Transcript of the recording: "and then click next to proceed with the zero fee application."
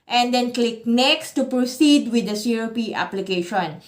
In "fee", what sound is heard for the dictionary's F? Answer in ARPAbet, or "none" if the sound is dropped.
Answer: P